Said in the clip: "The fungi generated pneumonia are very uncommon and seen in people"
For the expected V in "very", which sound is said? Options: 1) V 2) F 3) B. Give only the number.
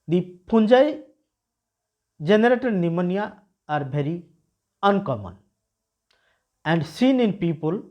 3